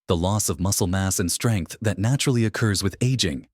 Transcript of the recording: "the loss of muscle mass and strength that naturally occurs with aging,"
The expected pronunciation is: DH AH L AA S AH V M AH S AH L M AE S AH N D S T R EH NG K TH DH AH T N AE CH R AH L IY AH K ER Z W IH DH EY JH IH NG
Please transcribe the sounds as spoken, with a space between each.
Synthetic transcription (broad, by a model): DH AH L AA S AH V M AH S L M AE S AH N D S T R EH NG K TH DH AH T N AE CH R L IY AH K ER Z W IH DH EY JH IH NG